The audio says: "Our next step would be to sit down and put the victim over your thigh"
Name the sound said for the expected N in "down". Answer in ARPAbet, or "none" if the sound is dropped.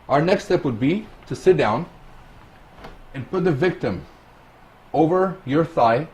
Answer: N